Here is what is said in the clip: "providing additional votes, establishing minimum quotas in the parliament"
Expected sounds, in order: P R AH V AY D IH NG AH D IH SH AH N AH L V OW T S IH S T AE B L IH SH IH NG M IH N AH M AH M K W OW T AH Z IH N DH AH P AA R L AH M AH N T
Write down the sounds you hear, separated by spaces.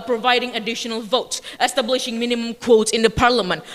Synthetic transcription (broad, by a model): P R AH V AY D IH NG AH D IH SH AH N AH L V OW T S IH S T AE B L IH SH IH NG M IH N AH M AH M K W OW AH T IH N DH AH P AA R L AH M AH N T